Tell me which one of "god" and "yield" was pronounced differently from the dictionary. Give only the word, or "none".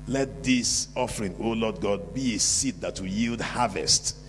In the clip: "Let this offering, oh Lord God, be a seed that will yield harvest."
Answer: none